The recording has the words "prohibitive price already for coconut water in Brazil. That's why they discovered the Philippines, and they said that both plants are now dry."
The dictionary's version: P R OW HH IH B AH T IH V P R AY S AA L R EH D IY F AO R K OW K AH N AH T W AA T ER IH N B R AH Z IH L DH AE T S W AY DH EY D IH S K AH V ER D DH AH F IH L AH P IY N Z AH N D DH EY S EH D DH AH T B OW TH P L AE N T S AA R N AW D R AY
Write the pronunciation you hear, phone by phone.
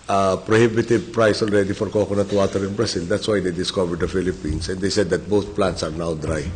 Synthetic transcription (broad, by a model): P R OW HH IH B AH T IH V P R AY S AA L R EH D IY F AO R K OW K AH N AH T W AA T ER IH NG B R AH S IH L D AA T S W AY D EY D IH S K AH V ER D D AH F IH L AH P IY N S AH N D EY S EH D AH T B OW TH P L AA N T S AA R N AW D R AY